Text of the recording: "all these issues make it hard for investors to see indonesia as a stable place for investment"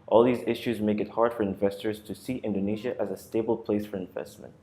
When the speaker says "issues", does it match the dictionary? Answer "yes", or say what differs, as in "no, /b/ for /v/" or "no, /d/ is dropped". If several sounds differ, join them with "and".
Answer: yes